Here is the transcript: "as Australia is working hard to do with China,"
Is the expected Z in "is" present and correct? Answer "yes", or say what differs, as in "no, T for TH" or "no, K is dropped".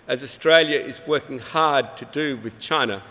yes